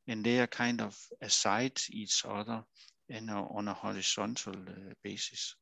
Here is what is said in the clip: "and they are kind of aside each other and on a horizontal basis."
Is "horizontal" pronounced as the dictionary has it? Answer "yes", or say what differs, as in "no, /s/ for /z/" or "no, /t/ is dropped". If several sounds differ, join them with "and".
no, /s/ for /z/ and /s/ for /t/